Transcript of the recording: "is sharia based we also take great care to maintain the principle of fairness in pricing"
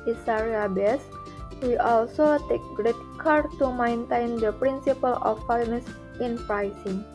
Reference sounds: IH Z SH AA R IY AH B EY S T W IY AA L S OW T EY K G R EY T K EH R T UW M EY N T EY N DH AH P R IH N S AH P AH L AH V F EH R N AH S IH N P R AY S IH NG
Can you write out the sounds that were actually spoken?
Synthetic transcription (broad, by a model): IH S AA R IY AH B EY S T W IY AA L S OW T EY K G R EY T K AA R T UW M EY N T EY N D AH P R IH N S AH P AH L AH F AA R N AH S IH N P R AY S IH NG